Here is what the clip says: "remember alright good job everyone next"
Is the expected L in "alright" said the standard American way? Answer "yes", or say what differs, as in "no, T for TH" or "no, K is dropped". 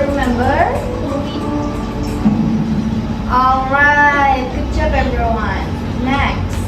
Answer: yes